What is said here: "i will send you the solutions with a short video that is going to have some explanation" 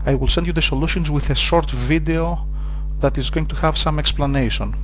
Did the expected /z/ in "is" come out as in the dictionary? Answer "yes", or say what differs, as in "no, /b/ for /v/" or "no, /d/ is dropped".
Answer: yes